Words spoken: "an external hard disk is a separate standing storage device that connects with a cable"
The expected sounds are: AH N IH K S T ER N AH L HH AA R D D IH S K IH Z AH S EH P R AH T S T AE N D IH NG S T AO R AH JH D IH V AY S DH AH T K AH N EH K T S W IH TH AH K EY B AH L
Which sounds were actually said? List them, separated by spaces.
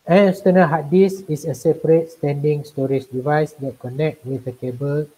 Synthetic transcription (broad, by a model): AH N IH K S T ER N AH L HH AA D D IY S IH S AH S EH P R AH T S T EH N D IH NG S T AO R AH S D IH V AY S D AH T K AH N EH K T W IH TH AH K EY B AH L